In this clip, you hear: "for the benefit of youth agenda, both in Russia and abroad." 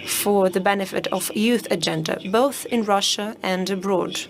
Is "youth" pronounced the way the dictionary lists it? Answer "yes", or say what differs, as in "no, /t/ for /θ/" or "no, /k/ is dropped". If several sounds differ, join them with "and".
yes